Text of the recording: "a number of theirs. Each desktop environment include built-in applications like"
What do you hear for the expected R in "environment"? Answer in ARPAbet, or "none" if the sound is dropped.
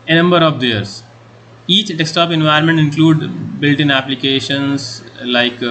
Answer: none